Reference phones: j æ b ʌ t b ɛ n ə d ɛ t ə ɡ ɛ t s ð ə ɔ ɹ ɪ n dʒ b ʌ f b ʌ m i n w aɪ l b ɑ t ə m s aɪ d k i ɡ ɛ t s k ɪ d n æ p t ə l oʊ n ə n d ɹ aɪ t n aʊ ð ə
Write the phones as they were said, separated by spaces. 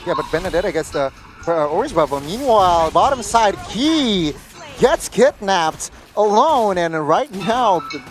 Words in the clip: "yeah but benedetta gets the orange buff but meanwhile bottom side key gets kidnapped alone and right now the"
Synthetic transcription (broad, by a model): j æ b ʌ t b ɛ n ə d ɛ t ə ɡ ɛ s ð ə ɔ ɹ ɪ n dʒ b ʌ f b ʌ m i n w aɪ l b ɑ t ə m s aɪ d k i ɡ ɛ t s k ɪ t n æ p t ə l oʊ n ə n ɹ aɪ t n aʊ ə